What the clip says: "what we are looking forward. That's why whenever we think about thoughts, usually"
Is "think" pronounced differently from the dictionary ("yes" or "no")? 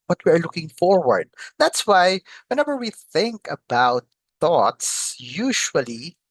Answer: no